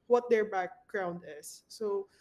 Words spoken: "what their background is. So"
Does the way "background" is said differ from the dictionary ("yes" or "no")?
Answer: no